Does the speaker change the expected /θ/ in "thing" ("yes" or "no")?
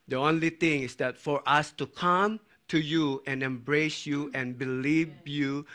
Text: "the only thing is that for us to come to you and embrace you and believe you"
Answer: yes